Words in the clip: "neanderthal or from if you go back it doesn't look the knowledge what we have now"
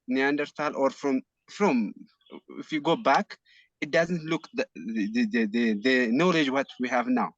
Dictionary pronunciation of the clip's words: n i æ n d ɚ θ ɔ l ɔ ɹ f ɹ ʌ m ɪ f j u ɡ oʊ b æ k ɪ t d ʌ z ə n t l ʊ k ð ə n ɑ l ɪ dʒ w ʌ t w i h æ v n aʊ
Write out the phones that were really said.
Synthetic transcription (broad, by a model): n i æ n d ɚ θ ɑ l ɔ ɹ f ɹ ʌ m ɪ f j u ɡ oʊ b æ k ɪ t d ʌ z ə n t l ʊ k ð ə n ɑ l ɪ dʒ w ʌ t w i h æ v n aʊ